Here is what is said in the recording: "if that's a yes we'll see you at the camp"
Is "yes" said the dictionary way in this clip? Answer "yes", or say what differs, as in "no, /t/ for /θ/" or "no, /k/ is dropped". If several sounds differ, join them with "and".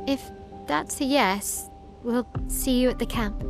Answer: yes